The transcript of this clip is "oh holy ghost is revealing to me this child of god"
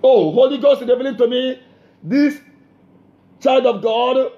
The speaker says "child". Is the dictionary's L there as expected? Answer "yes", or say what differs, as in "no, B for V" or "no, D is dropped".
yes